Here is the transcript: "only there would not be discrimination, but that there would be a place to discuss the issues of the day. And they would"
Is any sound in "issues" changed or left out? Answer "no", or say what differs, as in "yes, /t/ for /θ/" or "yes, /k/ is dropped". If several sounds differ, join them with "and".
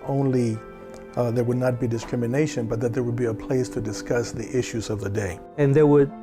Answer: no